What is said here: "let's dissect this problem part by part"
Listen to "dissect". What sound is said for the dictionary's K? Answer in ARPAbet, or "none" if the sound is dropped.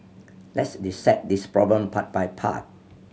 none